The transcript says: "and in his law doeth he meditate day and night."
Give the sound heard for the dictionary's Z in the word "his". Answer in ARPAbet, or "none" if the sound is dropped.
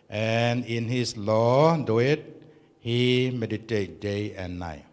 S